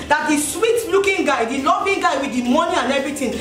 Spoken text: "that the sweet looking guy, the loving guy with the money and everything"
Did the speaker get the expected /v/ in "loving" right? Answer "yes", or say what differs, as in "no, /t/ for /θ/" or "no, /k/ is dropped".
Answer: no, /b/ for /v/